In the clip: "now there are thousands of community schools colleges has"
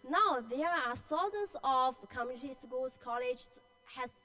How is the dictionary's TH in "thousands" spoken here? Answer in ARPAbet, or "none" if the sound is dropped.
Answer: S